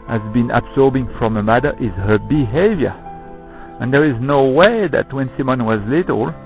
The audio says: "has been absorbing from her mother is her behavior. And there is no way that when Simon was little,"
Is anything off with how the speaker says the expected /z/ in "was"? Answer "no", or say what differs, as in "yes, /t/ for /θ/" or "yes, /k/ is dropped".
no